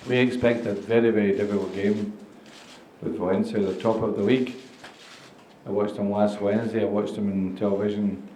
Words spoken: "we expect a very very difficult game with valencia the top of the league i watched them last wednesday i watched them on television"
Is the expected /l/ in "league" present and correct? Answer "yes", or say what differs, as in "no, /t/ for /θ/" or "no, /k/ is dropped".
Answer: no, /w/ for /l/